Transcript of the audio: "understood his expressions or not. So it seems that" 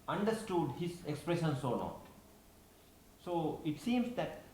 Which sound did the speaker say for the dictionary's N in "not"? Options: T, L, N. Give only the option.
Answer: L